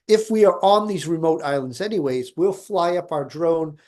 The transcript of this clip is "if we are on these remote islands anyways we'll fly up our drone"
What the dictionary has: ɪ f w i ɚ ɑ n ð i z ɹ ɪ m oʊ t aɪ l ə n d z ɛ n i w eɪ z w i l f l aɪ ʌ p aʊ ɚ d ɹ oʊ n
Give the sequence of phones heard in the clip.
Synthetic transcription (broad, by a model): ɪ f w i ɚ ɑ n ð i z ɹ ɪ m oʊ t aɪ l ə n d z ɛ n i w eɪ z w i l f l aɪ ʌ p aʊ ɚ d ɹ oʊ n